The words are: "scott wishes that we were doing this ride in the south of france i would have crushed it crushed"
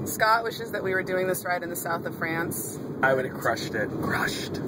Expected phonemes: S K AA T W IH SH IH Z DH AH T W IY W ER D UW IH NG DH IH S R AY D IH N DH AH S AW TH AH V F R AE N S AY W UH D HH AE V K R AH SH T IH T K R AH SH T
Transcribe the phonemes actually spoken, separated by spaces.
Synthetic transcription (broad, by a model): S K AA T W IH SH IH Z DH AH T W IY W ER D UW IH NG DH IH S R AY D IH N DH AH S AW TH AH V F R AE N S AY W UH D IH K R AH SH T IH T K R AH SH T